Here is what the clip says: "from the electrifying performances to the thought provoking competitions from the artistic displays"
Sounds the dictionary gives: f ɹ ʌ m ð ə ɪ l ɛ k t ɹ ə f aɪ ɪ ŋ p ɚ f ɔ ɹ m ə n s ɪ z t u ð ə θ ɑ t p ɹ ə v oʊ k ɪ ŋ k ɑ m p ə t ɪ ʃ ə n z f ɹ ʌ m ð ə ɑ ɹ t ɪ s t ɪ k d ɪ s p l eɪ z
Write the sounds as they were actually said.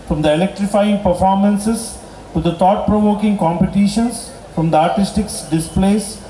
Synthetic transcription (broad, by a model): f ɹ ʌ m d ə ɪ l ɛ k t ɹ ə f aɪ ɪ ŋ p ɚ f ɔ ɹ m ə n s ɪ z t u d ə t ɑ t p ɹ ə v oʊ k ɪ ŋ k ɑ m p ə t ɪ ʃ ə n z f ɹ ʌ m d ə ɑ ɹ t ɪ s t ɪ k d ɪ s p l eɪ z